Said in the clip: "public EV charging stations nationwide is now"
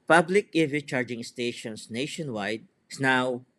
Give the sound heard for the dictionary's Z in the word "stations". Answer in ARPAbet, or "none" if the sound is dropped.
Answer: S